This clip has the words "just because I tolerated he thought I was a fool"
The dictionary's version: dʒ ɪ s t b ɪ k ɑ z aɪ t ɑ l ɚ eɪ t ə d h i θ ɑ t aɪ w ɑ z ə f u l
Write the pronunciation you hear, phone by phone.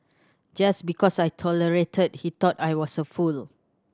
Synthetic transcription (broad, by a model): dʒ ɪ s b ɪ k ɑ s aɪ t ɑ l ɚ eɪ t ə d h i t ɑ t aɪ w ɑ s ə f u l